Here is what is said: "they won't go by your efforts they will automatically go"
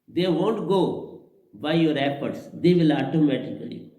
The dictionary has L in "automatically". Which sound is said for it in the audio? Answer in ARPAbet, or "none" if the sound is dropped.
none